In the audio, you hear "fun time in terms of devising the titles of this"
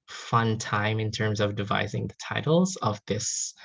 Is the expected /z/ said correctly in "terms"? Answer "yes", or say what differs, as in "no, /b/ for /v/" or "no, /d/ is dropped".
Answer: yes